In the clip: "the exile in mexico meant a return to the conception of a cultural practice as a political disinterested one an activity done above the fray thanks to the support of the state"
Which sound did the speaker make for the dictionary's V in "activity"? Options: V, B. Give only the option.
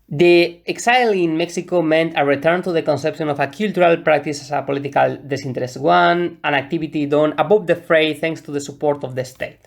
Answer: B